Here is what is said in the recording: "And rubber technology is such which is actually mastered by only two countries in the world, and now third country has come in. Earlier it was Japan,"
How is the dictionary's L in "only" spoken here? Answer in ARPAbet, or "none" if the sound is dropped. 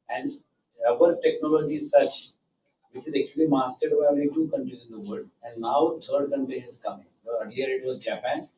none